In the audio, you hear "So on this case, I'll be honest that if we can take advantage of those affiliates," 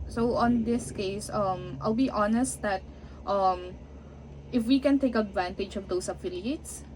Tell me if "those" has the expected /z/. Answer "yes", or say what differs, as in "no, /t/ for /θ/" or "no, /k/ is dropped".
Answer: no, /s/ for /z/